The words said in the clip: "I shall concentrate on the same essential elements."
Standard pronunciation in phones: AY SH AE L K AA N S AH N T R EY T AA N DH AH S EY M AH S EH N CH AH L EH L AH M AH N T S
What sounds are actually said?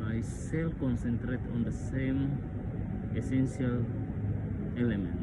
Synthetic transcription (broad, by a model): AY S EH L K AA N S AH N T R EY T AA N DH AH S EY M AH S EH N S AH L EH L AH M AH N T